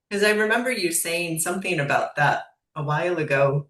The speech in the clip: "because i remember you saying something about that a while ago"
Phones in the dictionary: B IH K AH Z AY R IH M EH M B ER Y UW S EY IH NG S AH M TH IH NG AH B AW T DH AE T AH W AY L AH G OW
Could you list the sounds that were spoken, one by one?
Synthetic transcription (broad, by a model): K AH Z AY R IH M EH M B ER Y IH S EY IH NG S AH M TH IH NG AH B AW T DH AE T AH W AY L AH G OW